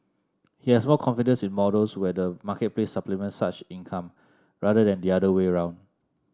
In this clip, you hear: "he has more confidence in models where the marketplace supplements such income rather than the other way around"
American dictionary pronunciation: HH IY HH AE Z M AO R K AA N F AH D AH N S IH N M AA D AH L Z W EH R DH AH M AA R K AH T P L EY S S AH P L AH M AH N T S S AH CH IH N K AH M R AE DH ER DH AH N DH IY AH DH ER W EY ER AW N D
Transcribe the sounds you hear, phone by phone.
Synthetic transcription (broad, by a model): HH IY HH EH S M AO L K AA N F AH D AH N S IH N M AA D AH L S W EH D AH M AA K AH T P L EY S S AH P L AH M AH N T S S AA CH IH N K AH M R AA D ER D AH N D IY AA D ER W EY ER AW N D